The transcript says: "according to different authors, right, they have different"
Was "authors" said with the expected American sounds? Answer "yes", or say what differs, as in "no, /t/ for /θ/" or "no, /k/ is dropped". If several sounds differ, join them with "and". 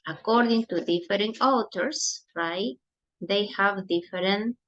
no, /t/ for /θ/ and /s/ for /z/